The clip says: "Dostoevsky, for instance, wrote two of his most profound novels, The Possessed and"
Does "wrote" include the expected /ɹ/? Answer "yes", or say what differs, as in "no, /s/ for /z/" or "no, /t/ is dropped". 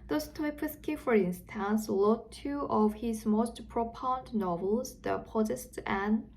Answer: no, /l/ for /ɹ/